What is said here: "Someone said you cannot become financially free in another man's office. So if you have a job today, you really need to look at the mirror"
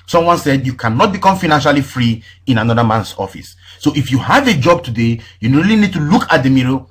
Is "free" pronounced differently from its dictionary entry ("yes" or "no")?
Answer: no